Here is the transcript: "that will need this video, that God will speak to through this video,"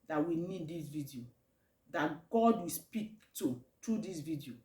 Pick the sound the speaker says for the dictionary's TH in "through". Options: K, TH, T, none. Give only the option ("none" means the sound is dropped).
T